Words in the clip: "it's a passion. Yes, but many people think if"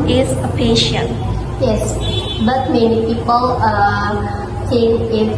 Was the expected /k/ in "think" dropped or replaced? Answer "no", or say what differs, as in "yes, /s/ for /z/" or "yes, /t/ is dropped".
yes, /k/ is dropped